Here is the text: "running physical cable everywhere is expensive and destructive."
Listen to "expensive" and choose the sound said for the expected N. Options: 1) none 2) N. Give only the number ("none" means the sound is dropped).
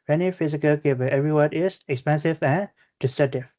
2